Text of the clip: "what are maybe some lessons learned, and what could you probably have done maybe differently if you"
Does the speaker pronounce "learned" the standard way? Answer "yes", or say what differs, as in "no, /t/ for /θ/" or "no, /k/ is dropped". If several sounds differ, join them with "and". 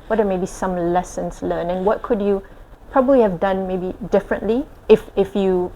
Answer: no, /d/ is dropped